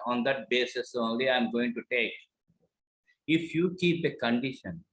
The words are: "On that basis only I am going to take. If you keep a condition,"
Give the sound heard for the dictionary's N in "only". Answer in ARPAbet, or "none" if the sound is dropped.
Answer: N